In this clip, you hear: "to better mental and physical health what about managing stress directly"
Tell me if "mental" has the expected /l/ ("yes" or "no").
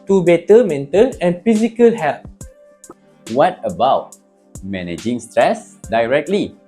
no